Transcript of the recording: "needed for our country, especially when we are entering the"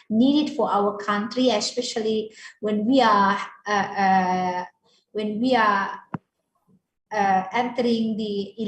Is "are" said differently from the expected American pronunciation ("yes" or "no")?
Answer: yes